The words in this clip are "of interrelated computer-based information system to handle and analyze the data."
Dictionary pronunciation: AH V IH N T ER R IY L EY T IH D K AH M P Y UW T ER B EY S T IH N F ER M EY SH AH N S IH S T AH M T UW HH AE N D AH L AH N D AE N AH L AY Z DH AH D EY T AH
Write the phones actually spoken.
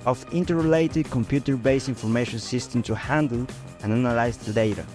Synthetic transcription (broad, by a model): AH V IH N T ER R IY L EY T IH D K AH M P Y UW T ER B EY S IH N F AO M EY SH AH N S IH S T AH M T UW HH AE N D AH L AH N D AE N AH L AY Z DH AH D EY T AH